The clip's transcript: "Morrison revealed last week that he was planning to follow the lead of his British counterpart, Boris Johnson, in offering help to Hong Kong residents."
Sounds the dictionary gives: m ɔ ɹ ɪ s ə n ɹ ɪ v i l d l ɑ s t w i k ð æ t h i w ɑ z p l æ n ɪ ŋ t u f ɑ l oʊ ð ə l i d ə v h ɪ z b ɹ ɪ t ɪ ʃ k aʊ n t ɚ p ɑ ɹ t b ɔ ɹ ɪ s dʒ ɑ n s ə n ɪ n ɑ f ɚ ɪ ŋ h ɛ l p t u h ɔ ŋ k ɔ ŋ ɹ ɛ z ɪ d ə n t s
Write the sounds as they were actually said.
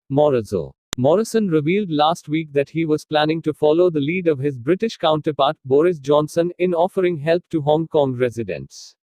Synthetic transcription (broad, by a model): m ɔ ɹ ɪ s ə n ɹ ɪ v i l d l ɑ s t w i k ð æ t h i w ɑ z p l æ n ɪ ŋ t u f ɑ l oʊ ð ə l i d ə v h ɪ z b ɹ ɪ t ɪ ʃ k aʊ n t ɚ p ɑ ɹ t b ɔ ɹ ɪ s dʒ ɑ n s ə n ɪ n ɑ f ɚ ɪ ŋ h ɛ l p t u h ɔ ŋ k ɔ ŋ ɹ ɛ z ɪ d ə n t s